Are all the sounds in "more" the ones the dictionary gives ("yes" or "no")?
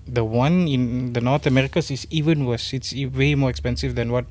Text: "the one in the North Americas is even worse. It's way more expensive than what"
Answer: yes